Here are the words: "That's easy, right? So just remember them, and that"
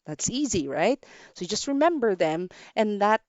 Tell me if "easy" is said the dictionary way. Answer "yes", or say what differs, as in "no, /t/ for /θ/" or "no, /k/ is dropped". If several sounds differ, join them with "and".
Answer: yes